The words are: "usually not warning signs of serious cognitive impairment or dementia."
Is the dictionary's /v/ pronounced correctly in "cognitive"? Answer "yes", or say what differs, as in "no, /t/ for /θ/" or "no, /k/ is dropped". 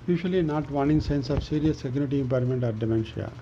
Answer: no, /v/ is dropped